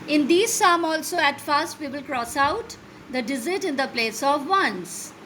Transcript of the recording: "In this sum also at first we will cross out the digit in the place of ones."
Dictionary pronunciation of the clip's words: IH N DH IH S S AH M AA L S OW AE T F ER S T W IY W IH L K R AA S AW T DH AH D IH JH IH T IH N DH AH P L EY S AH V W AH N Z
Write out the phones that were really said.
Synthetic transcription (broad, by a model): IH N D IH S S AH M AA L S OW AE T F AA S T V IY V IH L K R AA S AW T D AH D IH Z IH T IH N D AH P L EY S AH V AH N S